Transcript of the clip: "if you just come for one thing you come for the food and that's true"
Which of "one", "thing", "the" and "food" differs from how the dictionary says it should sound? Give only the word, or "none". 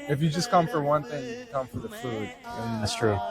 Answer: none